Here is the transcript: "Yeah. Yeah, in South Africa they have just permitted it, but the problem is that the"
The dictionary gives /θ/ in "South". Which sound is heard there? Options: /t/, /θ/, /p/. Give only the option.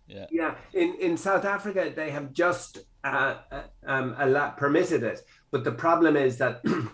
/θ/